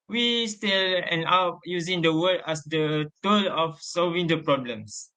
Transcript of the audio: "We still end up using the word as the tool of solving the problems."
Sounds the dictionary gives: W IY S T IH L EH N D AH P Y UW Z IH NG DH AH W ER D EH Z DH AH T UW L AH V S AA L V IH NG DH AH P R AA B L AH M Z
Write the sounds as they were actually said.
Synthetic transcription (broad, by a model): W IY S T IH L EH N AA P Y UW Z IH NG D AH W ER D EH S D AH T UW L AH F S AA L V IH NG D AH P R AA B L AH M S